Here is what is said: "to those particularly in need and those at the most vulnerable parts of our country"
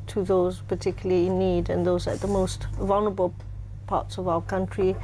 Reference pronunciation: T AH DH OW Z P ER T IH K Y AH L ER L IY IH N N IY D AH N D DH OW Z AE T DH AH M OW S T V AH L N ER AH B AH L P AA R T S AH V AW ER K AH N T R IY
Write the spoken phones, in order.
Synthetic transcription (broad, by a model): T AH DH OW Z P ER T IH K Y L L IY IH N N IY D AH N DH OW Z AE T DH AH M OW S T V AH L N ER AH B AH L P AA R T S AH V AW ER K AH N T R IY